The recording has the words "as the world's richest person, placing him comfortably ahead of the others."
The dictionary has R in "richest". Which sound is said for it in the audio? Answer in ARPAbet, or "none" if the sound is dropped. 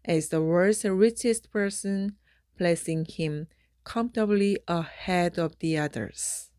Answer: R